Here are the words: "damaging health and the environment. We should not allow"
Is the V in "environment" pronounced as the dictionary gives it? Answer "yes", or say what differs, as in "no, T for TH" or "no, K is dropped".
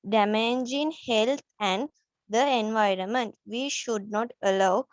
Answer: yes